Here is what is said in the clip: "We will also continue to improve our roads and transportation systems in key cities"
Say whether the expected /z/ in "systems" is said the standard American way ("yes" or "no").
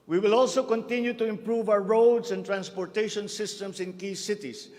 no